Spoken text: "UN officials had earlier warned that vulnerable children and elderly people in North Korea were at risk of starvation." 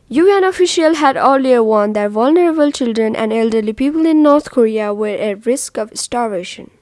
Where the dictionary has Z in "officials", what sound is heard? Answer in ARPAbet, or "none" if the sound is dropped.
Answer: none